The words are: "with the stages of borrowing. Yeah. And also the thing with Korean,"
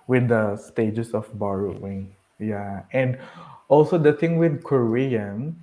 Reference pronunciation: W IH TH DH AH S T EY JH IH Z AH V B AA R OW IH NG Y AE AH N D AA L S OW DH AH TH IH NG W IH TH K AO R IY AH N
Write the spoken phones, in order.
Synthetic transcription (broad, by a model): W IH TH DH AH S T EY JH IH S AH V B AA R OW IH NG Y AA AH N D AA L S OW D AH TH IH NG W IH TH K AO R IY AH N